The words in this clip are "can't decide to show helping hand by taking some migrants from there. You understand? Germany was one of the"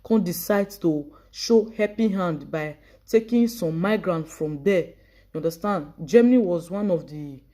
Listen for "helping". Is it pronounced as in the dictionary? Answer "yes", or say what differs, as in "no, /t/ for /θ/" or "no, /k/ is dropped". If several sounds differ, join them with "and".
no, /l/ is dropped